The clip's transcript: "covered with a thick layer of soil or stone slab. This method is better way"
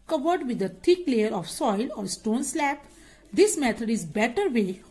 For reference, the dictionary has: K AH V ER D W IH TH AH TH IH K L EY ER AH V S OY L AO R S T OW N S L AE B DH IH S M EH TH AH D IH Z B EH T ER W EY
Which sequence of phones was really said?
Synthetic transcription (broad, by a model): K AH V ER D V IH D AH T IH K L EY ER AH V S OY L AO R S T OW N S L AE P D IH S M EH T AH D IH Z B EH T ER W EY